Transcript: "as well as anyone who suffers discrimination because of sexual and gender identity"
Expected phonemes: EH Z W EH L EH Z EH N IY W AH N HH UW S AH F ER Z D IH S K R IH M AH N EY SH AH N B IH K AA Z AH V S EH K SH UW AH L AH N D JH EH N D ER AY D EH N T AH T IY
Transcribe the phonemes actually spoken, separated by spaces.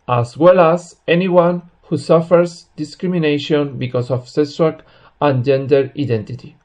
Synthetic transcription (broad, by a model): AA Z W EH L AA S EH N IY W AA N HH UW S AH F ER S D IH S K R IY M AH N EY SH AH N B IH K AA S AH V S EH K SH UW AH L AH N JH EH N D ER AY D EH N T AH T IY